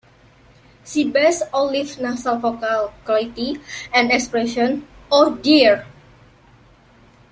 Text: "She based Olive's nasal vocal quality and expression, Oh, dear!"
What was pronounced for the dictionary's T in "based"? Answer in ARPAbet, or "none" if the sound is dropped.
none